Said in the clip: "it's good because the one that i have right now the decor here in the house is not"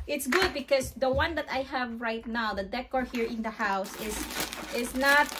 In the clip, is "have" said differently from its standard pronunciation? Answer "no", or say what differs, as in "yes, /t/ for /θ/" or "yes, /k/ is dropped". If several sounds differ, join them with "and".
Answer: no